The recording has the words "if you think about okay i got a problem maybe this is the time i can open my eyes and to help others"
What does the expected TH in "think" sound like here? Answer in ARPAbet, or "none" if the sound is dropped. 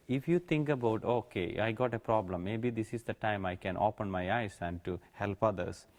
T